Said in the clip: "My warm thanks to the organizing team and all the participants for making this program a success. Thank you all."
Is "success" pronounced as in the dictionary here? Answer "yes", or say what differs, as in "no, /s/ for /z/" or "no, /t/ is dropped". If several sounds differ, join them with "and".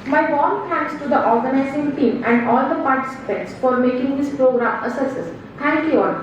no, /k/ is dropped